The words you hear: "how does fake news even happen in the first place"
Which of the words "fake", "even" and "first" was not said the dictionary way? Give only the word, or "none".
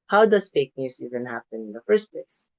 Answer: none